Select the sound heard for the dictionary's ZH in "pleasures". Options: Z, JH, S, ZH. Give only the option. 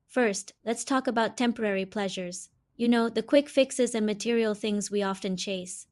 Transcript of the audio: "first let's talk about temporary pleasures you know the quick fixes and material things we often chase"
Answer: ZH